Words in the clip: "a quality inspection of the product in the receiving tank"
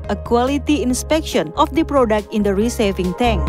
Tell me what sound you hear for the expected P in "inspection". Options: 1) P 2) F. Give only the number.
1